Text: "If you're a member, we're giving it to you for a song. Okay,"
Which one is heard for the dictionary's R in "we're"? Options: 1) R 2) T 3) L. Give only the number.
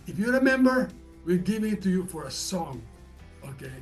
3